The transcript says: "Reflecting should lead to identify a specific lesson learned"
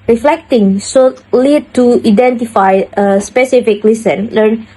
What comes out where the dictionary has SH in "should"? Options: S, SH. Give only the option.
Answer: S